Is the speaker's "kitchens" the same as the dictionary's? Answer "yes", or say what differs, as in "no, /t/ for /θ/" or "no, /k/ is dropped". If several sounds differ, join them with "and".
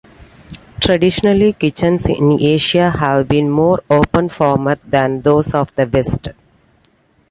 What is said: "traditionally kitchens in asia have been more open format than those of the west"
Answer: no, /s/ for /z/